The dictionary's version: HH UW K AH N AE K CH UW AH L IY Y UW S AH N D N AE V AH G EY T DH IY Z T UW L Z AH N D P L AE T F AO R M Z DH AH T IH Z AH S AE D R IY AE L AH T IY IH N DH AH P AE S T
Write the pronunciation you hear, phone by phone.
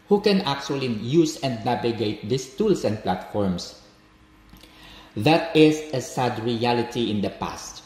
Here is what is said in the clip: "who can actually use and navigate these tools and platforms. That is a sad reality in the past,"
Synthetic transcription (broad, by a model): HH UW K AH N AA K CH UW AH L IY Y UW S AH N D N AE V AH G EY T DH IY S T UW L S AH N D P L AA T F AO R M S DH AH T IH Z AH S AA D R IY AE L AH T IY IH N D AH P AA S T